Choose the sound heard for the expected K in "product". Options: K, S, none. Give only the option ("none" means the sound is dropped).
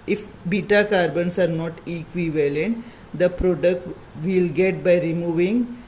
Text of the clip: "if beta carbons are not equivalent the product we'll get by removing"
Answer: K